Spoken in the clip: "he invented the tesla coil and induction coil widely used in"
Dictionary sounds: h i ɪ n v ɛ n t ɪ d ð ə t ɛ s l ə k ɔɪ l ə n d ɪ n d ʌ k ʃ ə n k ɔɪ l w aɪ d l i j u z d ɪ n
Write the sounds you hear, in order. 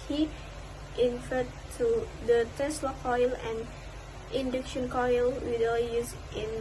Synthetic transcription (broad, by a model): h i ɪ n f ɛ t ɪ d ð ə t ɛ s l ə k ɔɪ l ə n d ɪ n d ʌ k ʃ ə n k ɔɪ l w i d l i j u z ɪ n